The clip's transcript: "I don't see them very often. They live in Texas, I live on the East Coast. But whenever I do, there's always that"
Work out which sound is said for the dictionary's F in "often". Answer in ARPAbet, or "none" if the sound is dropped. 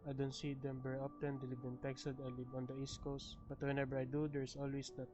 P